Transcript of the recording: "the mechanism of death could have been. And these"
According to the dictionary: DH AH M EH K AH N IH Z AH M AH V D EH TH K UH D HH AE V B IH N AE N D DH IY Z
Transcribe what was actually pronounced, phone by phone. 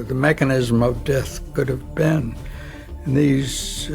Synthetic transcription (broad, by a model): DH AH M EH K AH N IH Z AH M AH V D EH TH K UH D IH V B IH N N DH IY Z